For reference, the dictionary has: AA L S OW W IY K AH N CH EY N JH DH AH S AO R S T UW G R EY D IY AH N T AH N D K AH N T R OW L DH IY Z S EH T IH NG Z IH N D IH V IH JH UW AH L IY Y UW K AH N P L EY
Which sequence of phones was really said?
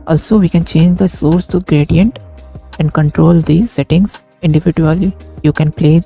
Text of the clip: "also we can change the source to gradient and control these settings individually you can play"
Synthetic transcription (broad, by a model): AA L S OW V IY K AH N CH EY N JH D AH S AO R S T UW G R EY D IY AH N T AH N D K AH N T R OW L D IY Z S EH T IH NG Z IH N D IH V IH JH UW AH L IY Y UW K AH N P L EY